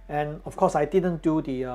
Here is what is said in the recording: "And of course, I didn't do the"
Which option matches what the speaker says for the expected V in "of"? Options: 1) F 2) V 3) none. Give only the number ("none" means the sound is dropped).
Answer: 1